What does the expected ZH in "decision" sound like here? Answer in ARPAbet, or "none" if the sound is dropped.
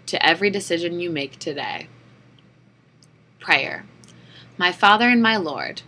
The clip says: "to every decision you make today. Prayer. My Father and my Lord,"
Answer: ZH